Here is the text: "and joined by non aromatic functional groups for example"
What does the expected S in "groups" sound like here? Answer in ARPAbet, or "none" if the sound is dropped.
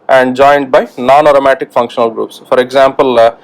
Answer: S